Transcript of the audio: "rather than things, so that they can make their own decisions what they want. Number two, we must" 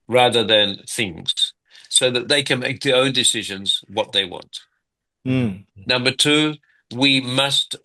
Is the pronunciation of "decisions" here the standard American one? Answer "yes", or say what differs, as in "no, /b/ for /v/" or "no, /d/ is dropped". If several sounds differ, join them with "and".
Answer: yes